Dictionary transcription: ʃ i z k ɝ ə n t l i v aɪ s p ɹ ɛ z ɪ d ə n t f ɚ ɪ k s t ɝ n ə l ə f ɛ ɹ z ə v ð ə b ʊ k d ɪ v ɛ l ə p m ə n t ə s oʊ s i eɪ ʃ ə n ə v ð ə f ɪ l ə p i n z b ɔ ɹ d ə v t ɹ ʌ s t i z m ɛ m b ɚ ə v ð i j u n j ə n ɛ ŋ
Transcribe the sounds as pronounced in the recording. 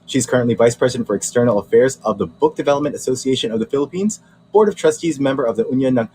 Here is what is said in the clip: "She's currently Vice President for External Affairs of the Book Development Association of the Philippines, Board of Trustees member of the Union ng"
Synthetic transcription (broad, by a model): ʃ i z k ɝ ə n t l i v aɪ s p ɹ ɛ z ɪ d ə n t f ɚ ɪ k s t ɝ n l ə f ɛ ɹ z ə v ð ə b ʊ k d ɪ v ɛ l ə p m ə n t ə s oʊ s i eɪ ʃ ə n ə v ð ə f ɪ l ə p i n z b ɔ ɹ d ə v t ɹ ʌ s t i z m ɛ m b ɚ ə v ð i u n j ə n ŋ